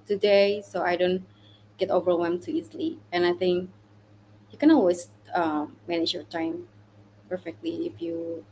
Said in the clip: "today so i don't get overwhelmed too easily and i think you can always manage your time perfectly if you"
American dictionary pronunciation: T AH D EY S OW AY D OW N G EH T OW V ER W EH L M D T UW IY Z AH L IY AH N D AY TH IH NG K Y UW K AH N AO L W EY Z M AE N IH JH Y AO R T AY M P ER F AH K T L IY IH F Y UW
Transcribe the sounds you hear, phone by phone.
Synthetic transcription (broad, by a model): T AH D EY S OW AY D OW N G EH T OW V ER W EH M T UW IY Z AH L IY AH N AY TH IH NG K Y UW K AH N AO L W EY S M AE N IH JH Y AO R T AY M P ER F AH K T L IY IH F Y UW